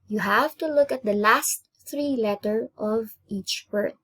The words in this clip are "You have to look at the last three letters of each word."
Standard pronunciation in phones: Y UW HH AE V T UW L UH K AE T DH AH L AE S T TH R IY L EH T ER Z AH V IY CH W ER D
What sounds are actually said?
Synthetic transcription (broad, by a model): Y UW HH AE V T UW L UH K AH T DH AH L AE S T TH R IY L EH T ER AH V IY CH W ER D